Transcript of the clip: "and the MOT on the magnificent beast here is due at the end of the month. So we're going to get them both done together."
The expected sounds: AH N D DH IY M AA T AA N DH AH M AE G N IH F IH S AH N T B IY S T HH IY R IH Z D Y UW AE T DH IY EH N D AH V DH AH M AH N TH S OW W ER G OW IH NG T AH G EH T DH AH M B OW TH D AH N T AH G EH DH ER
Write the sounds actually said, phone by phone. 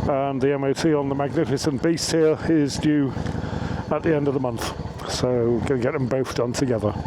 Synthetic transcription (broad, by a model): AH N DH IY M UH T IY N DH AH M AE G N IH F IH S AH N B IY S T HH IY R IH Z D Y UW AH T DH IY EH N D AH V DH AH M AH N TH S OW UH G G EH T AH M B OW TH D AH N T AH G EH DH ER